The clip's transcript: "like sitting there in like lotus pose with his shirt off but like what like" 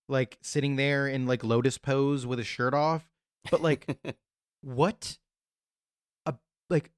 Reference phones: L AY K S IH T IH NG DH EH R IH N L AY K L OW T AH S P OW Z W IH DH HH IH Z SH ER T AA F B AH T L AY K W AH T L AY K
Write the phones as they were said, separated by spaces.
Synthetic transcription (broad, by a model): L AY K S IH T IH NG DH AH R IH N L AY K L OW T AH S P OW Z W IH DH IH SH ER T AA F B AH T L AY K W AH T L AY K